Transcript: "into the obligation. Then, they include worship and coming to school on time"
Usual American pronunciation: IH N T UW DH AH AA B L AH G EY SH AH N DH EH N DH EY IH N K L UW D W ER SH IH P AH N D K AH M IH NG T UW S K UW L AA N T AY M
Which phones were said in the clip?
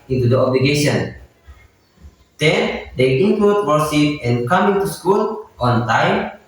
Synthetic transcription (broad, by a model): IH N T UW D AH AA B L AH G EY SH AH N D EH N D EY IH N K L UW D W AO S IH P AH N K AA M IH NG T UW S K UW L AA N T AY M